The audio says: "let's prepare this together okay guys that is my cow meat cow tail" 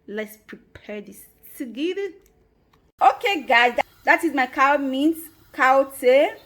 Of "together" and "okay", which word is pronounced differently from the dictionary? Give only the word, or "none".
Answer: together